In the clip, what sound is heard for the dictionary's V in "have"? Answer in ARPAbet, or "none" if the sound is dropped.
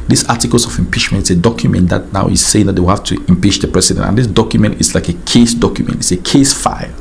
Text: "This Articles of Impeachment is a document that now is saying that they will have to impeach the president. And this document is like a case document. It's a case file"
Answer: F